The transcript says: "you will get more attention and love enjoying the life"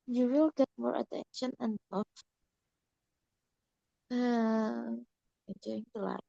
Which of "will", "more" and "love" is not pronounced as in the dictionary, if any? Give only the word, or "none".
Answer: love